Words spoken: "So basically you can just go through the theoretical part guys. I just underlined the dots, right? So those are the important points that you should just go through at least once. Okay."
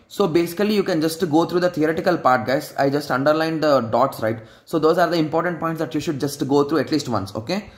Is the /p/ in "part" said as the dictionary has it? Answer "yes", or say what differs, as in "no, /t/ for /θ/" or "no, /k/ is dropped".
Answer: yes